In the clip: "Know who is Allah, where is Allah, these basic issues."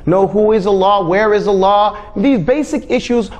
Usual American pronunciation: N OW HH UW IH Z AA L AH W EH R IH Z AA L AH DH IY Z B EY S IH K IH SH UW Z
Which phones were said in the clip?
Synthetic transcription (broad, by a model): N OW HH UW IH Z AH L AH W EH R IH Z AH L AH DH IY Z B EY S IH K IH SH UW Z